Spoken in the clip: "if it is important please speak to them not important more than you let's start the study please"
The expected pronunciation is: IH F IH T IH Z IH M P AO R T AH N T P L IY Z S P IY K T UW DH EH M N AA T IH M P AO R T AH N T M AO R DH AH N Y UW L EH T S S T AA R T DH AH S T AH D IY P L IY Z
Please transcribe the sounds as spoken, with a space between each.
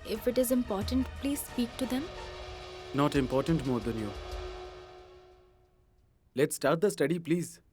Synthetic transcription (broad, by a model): IH F IH T IH Z IH M P AO R T AH N T P L IY Z S P IY K T UW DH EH M N AA T IH M P AO R T AH N T M AO R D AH N Y UW L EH T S S T AA R T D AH S T AH D IY P L IY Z